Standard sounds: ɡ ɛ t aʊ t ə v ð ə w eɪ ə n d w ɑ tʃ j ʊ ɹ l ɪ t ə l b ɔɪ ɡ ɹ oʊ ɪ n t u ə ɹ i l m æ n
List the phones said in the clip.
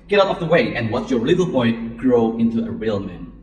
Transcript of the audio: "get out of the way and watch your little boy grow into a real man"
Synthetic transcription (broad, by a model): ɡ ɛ t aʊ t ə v ð ə w eɪ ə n w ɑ s j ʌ ɹ l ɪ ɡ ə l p ɔɪ ɡ ɹ oʊ ɪ n t u ə ɹ i l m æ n